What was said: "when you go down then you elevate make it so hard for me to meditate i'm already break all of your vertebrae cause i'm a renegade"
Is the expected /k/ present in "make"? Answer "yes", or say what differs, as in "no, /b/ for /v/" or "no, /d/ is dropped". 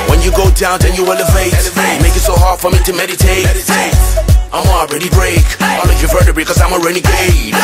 yes